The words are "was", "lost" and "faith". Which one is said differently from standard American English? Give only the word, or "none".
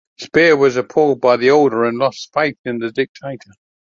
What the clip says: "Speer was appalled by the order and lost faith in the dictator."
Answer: none